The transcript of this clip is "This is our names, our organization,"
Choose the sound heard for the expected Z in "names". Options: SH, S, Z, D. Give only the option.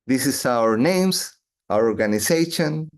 S